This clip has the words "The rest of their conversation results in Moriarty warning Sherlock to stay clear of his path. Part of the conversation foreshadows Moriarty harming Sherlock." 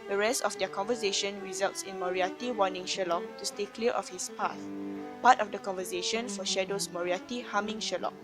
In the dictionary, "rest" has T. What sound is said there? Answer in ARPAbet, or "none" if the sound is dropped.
T